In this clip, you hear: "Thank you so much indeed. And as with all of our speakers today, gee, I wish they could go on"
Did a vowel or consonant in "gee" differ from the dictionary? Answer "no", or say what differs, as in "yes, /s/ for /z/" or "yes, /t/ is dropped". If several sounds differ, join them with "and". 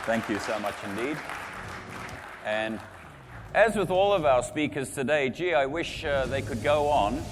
no